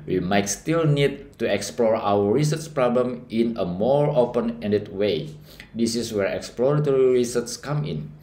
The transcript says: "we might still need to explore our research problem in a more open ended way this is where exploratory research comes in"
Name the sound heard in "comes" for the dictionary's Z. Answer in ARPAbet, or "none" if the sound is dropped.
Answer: none